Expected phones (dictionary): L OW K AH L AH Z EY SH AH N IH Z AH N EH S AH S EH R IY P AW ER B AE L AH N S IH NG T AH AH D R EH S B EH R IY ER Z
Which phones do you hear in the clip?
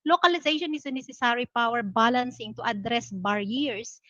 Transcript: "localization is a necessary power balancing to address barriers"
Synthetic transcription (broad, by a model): L OW K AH L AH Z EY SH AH N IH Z AH N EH S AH S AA R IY P AW ER B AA L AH N S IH NG T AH AH D R EH S B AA R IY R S